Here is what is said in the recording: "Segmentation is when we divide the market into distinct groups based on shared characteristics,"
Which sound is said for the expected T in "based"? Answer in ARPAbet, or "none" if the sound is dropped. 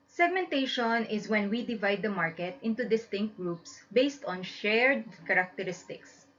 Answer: T